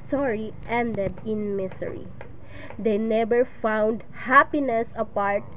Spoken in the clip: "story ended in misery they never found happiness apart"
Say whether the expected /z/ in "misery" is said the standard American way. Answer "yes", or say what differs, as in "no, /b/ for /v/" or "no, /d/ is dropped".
no, /s/ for /z/